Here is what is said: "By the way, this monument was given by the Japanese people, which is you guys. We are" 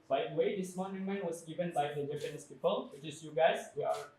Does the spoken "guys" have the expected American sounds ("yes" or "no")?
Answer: no